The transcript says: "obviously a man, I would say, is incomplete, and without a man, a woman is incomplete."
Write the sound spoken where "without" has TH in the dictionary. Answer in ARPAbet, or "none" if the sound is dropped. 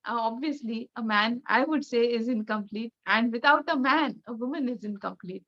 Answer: T